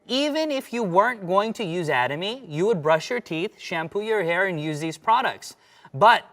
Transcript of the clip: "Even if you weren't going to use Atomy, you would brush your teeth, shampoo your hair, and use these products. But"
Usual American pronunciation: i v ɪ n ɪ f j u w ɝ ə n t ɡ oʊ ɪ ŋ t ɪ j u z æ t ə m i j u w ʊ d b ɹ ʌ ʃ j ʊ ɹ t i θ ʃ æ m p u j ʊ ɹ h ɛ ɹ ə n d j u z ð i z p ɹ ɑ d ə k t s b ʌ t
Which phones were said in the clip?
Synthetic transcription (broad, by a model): i v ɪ n ɪ f j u w ɝ ə n t ɡ oʊ ɪ ŋ t ɪ j u z æ t ə m i j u w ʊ d b ɹ ʌ ʃ j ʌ ɹ t i θ ʃ æ m p u j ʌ ɹ h ɛ ɹ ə n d j u z ð i z p ɹ ɑ d ə k t s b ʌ t